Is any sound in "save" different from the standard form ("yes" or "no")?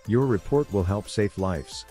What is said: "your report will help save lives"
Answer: yes